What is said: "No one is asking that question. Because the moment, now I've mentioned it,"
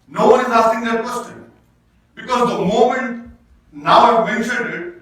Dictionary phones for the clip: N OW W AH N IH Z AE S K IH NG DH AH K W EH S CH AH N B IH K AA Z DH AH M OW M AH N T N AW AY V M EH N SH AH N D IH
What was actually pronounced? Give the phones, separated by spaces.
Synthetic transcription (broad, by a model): N OW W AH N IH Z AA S IH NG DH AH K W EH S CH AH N B IH K AA Z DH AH M OW M AH N T N AW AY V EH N AH D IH